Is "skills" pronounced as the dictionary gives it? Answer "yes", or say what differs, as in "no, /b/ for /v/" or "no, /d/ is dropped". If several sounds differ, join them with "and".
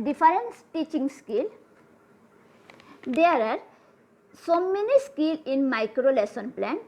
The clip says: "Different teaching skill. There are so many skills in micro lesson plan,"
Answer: no, /z/ is dropped